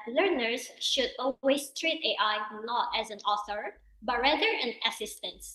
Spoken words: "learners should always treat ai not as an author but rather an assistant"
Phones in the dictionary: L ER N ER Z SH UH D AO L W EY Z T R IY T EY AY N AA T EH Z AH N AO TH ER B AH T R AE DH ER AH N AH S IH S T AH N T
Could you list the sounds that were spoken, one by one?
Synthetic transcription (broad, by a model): L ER N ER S SH UH D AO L W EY S T R IY T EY AY N AA T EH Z AH N AO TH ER B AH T R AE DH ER AH N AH S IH S T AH N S